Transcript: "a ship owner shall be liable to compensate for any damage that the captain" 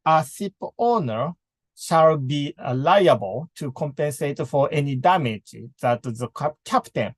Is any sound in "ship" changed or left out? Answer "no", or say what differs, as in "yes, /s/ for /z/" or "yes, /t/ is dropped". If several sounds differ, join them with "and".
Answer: yes, /s/ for /ʃ/